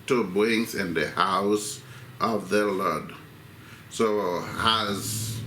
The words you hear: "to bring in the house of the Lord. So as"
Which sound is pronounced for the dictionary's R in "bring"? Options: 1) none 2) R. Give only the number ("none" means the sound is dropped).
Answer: 1